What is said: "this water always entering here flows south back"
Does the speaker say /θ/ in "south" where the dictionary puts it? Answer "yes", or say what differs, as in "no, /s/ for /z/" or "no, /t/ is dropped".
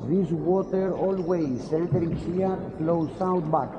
no, /t/ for /θ/